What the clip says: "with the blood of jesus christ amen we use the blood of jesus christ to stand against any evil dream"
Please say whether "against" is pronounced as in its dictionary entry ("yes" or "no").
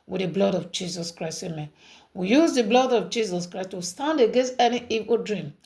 yes